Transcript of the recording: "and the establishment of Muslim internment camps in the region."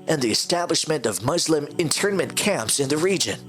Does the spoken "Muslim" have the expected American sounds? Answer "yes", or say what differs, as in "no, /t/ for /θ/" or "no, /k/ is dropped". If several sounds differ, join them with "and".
yes